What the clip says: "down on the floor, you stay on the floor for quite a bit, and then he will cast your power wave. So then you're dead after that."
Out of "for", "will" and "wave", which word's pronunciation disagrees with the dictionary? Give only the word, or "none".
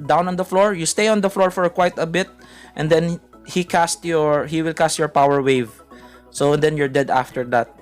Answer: none